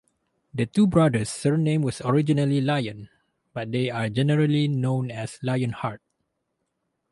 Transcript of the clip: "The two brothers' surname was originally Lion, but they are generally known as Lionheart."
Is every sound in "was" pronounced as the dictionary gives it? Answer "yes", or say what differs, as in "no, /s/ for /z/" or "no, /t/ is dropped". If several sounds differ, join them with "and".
no, /s/ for /z/